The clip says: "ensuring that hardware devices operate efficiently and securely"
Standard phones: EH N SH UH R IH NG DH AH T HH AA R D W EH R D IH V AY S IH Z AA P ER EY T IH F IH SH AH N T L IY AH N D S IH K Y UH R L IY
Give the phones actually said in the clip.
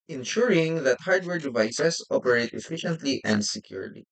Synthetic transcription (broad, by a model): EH N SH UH R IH NG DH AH T HH AA R D W EH R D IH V AY S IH S AA P ER EY T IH F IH SH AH N T L IY AH N D S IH K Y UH R L IY